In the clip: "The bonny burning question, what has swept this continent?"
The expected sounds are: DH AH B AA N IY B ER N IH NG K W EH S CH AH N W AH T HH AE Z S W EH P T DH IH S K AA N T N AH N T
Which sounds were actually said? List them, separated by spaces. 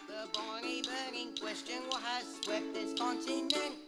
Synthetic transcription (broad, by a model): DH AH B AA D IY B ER IH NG K W EH S CH AH N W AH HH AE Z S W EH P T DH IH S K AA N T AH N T